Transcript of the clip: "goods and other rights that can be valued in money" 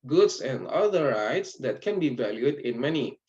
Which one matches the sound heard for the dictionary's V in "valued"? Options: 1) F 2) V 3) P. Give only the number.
2